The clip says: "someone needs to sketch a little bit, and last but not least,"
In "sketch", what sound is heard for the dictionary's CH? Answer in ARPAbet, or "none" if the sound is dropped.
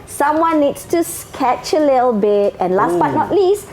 CH